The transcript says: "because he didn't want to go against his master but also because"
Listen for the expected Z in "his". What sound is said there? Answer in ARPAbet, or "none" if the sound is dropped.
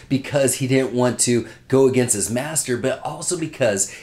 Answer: Z